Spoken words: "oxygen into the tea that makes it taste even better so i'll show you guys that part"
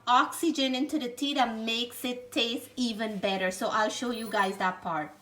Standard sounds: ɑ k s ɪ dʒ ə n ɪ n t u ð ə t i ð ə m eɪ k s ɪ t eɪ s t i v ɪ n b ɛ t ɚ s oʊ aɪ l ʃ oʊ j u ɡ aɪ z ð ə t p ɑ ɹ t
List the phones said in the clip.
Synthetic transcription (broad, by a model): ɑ k s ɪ dʒ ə n ɪ n t u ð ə t i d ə m eɪ k s ɪ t eɪ s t i v ɪ n b ɛ t ɚ s oʊ aɪ l ʃ oʊ j u ɡ aɪ z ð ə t p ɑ ɹ t